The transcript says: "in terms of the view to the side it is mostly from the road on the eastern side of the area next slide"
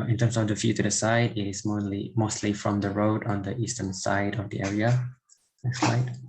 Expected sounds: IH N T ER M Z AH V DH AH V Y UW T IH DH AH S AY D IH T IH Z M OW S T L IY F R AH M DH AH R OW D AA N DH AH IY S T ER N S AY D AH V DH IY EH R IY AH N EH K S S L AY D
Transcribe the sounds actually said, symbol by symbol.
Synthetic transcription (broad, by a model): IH N T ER M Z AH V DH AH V Y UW T IH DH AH S AY D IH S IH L M OW S T L IY F R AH M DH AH R OW D AA N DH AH IY S T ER N S AY D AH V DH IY EH R IY AH L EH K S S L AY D